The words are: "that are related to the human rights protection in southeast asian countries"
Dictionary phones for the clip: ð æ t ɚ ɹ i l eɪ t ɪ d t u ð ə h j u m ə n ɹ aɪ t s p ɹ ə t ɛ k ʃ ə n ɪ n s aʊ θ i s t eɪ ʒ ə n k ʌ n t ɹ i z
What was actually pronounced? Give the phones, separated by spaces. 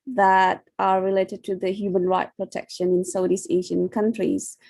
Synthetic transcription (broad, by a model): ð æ t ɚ ɹ i l eɪ t ɪ d t u ð ə h j u m ə n ɹ aɪ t p ɹ ə t ɛ k ʃ ə n ɪ n s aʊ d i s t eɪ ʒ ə n k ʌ n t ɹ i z